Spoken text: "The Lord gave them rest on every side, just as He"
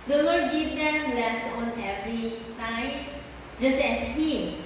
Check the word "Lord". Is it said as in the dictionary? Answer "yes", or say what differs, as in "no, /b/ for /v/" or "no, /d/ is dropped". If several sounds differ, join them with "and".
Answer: no, /n/ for /l/